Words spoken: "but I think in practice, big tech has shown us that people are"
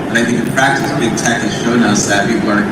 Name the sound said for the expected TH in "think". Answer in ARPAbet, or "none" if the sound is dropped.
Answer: TH